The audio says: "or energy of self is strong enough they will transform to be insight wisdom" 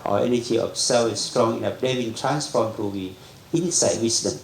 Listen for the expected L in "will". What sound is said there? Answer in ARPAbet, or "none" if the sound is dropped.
N